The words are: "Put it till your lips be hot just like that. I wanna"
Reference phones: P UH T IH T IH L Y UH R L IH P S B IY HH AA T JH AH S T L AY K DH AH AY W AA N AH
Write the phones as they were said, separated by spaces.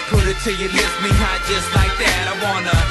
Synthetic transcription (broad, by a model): P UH T IH T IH Y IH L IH S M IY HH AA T JH AH S T L AY K DH AH AY W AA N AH